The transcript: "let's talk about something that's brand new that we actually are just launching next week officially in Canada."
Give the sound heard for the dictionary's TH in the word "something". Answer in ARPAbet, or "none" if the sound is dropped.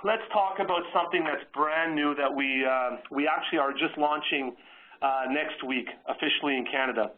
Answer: TH